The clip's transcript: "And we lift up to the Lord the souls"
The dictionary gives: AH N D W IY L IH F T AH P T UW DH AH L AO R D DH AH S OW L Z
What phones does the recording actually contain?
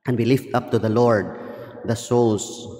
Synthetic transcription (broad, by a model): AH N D W IY L IH F T AH P T UW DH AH L AO R D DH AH S OW L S